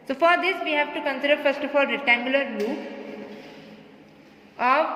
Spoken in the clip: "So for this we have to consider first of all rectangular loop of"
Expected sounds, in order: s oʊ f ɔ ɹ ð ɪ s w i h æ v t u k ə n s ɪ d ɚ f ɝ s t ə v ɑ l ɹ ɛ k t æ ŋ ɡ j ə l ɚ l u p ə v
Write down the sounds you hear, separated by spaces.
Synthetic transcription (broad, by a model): s oʊ f ɔ ɹ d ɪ s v i h æ v t u k ə n s ɪ d ɚ f ɝ s t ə f ɑ l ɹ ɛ t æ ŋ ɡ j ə l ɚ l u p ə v